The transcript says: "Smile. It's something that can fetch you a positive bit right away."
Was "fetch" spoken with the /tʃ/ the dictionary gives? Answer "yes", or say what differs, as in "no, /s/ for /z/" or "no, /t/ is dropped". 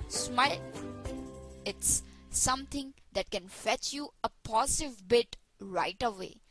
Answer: yes